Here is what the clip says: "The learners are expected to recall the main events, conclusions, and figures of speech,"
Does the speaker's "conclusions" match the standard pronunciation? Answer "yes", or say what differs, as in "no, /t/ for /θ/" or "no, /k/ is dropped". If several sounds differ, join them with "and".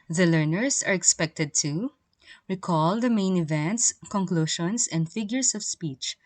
no, /ʃ/ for /ʒ/ and /s/ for /z/